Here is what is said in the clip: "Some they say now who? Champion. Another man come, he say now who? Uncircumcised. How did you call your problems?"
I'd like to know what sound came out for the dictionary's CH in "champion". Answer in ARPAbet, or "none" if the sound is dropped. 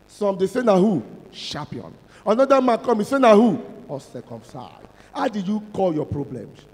SH